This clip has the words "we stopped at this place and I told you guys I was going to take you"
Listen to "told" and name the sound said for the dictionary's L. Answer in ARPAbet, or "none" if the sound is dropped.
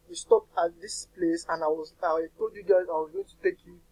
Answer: none